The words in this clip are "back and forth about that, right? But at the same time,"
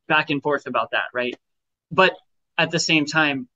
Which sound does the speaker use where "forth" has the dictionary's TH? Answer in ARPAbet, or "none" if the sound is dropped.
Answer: TH